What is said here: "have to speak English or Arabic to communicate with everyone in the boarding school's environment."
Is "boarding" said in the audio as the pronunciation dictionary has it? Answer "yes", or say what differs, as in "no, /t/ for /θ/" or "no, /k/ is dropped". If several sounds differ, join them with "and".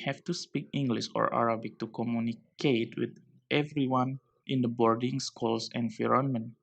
yes